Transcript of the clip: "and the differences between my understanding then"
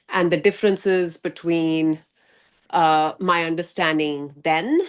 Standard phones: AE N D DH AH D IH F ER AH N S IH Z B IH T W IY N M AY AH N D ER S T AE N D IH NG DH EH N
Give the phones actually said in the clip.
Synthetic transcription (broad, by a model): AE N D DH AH D IH F ER AH N S IH Z B IH T W IY N M AY AH N D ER S T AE N D IH NG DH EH N